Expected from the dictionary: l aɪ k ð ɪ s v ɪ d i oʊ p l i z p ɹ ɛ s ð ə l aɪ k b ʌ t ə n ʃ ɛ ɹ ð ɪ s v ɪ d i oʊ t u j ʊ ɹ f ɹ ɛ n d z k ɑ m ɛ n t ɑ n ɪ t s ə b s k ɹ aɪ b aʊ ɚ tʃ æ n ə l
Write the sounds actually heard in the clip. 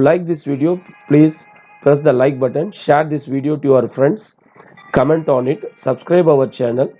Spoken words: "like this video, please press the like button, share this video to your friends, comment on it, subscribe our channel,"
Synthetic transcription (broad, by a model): l aɪ k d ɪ s v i d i oʊ p l i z p ɹ ɛ s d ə l aɪ k b ʌ t ə n ʃ ɛ ɹ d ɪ s v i d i oʊ t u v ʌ ɹ f ɹ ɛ n d s k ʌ m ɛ n t ɑ n ɪ t s ə b s k ɹ aɪ b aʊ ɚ tʃ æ n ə l